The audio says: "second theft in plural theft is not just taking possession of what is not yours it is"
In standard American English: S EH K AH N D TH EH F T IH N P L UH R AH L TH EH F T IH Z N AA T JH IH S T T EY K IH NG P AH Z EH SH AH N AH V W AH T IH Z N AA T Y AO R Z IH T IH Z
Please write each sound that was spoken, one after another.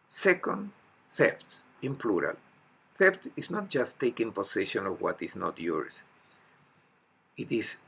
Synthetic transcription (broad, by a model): S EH K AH N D TH EH F T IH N P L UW R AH L TH EH F T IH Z N AA T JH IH S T T EY K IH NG P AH S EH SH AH N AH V W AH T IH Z N AA T Y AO R S IH T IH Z